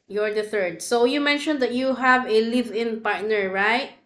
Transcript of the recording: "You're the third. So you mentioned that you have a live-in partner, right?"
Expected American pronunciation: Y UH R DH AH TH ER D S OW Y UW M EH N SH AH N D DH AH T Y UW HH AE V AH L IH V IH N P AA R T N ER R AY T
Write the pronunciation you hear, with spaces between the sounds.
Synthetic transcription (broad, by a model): Y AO R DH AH TH ER D S OW Y UW M EH N SH AH N D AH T Y UW HH AE V AH L IH V IH N P AA R T N ER R AY T